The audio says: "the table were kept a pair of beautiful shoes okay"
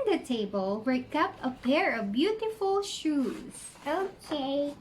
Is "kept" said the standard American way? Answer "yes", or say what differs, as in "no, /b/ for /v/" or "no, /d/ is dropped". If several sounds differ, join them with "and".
no, /t/ is dropped